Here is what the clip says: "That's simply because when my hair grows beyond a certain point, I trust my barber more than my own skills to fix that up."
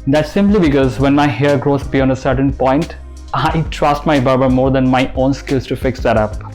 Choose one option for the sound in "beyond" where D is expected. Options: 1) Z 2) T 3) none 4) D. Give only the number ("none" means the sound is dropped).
3